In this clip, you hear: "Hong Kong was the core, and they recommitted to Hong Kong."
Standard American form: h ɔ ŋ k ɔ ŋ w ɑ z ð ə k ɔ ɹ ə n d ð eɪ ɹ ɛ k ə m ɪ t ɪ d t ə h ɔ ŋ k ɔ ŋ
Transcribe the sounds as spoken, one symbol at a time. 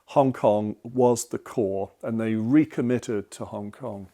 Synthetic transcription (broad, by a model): h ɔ ŋ k ɔ ŋ w ɑ z ð ə k ɔ ɹ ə n ð eɪ ɹ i k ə m ɪ t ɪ d t ə h ɔ ŋ k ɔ ŋ